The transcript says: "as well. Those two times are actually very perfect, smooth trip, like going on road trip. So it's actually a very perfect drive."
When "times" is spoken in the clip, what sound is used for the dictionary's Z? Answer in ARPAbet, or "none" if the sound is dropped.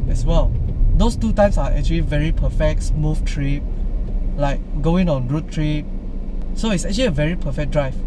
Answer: S